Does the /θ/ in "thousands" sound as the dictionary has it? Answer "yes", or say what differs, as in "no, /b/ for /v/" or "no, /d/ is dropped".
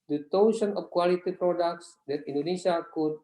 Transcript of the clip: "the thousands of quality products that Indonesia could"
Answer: no, /t/ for /θ/